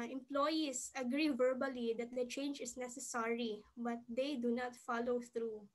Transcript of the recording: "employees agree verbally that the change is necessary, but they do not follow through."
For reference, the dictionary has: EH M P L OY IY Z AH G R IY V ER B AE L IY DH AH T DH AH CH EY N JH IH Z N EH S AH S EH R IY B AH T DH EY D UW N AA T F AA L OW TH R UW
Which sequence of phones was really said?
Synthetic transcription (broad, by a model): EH M P L OY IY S AH G R IY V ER B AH L IY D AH T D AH CH EY N JH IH S N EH S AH S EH R IY B AH T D EY D UW N AA T F AA L OW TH R UW